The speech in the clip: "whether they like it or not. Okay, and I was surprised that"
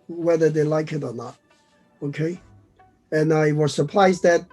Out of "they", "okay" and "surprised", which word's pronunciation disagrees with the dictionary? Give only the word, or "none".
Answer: surprised